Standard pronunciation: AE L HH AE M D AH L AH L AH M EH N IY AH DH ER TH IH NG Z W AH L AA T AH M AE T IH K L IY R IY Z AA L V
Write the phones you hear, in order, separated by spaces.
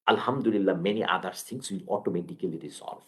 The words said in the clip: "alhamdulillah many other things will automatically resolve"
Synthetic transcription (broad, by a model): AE L HH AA M D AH L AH L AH M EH N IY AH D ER S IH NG S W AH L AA T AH M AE T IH K L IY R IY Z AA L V